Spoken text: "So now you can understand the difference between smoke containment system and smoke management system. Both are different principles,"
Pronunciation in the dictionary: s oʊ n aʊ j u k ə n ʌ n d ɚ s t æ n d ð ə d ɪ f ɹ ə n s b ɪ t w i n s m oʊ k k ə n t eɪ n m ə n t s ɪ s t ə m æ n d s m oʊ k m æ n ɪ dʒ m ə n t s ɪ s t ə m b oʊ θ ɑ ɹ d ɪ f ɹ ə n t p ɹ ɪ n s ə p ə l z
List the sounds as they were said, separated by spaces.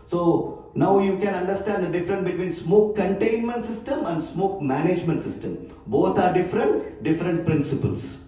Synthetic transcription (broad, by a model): s oʊ n aʊ j u k ə n ʌ n d ɚ s t æ n d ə d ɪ f ɹ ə n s b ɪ t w i n s m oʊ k k ə n t eɪ n m ə n t s ɪ s t ə m æ n d s m oʊ k m æ n ɪ dʒ m ə n t s ɪ s t ə m b oʊ t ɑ ɹ d ɪ f ɹ ə n t p ɹ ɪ n s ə p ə l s